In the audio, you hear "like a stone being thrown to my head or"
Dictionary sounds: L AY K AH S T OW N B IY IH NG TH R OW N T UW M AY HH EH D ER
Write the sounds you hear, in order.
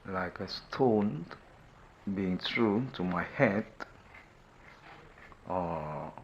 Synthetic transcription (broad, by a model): L AY K AH S T OW N B IY IH NG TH R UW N T UW M AY HH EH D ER